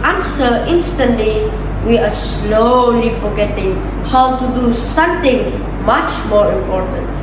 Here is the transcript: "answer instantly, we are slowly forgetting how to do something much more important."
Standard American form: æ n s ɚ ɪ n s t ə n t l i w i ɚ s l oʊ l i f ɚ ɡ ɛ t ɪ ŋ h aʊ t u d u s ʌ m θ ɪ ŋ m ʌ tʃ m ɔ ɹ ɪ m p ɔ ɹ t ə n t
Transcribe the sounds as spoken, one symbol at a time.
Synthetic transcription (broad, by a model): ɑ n s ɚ ɪ n s t ə n t l i w i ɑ s l oʊ l i f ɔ ɡ ɛ t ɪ ŋ h aʊ t u d u s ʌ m t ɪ ŋ m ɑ tʃ m ɔ ɹ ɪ m p ɔ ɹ t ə n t